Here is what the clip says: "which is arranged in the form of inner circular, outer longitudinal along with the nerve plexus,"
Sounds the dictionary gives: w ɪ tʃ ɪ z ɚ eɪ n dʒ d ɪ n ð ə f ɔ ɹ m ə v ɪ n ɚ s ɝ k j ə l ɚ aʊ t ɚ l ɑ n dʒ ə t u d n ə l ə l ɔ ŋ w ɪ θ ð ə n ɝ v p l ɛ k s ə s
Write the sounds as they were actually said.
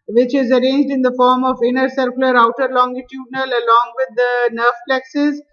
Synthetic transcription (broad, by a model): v ɪ tʃ ɪ z ɚ eɪ n dʒ d ɪ n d ə f ɔ ɹ m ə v ɪ n ɚ s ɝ k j l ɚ aʊ t ɚ l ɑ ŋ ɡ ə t u d n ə l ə l ɔ ŋ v ɪ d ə n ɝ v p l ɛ k s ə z